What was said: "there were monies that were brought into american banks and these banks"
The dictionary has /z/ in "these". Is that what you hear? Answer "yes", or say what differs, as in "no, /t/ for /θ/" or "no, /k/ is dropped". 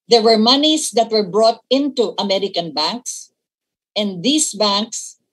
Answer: no, /s/ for /z/